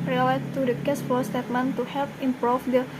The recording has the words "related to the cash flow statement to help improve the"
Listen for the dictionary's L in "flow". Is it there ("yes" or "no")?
no